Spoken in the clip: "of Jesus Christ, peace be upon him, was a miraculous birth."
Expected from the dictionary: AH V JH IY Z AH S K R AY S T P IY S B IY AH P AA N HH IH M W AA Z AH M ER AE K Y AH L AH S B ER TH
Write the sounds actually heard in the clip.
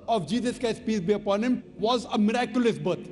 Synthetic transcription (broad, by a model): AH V JH IY Z AH S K AY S P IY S B IY AH P AA N HH IH M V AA Z AH M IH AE K Y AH L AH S B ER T